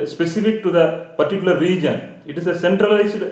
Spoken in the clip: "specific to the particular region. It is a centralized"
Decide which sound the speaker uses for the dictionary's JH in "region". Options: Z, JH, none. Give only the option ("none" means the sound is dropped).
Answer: JH